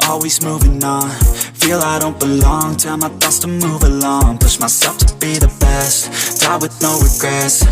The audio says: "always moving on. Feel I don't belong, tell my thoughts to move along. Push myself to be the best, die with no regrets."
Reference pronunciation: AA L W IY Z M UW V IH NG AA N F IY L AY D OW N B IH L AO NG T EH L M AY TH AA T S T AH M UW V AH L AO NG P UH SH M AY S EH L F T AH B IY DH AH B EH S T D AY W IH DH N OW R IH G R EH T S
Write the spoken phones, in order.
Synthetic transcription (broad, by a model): AA L W IY Z M UW V IH NG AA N F IY L AY D OW N B IH L AO NG T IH M AY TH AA S T AH M UW V AH L AO NG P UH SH M AY S EH L F T AH B IY DH AH B EH S T D AY W IH DH N OW R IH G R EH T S